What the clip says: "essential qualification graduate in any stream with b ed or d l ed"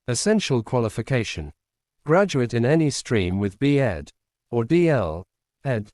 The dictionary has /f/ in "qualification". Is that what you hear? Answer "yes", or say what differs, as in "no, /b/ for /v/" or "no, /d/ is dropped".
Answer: yes